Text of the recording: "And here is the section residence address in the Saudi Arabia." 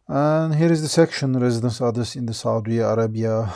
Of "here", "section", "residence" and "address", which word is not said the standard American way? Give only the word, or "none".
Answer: address